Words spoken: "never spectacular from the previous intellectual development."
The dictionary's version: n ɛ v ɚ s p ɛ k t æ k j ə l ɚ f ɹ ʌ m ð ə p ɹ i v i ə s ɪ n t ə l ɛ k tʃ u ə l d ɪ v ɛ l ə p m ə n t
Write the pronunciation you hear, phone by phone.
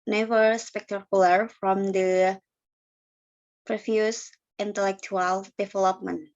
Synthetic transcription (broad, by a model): n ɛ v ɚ s p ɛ k t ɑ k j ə l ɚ f ɹ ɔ m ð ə p ɹ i f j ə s ɪ n t ə l ɛ k tʃ u ə l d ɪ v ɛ l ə p m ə n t